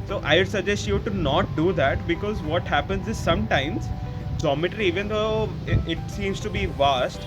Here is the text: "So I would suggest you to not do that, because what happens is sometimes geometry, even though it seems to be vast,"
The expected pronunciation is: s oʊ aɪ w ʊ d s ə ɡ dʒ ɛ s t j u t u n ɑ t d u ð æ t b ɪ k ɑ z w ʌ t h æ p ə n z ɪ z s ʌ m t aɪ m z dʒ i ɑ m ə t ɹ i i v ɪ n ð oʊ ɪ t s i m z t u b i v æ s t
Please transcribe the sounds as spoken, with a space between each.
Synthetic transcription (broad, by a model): s oʊ aɪ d s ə dʒ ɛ s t j u t u n ɑ t d u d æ t b ɪ k ɑ z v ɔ t h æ p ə n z ɪ z s ʌ m t aɪ m z dʒ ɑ m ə t ɹ i i v ɪ n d oʊ ɪ t s i m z t u b i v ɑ s t